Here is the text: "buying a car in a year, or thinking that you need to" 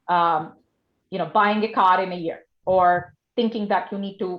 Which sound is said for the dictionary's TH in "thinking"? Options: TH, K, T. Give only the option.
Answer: TH